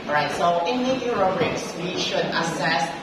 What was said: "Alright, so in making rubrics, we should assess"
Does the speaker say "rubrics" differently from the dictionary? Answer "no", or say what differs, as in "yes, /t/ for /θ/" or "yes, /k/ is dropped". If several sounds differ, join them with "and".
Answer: yes, /b/ is dropped